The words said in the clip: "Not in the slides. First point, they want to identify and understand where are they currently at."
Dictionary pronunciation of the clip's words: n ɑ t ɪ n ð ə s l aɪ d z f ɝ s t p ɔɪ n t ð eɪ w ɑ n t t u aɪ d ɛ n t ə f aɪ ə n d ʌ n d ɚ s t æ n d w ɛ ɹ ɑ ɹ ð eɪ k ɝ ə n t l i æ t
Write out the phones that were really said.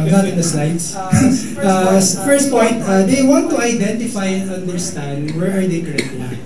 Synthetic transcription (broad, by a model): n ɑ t ɪ n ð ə s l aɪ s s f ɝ s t p ɔɪ n t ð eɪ w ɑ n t t u aɪ d ɛ n t ə f aɪ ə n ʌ n d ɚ s t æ n d w ɛ ɹ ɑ ɹ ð eɪ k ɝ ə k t i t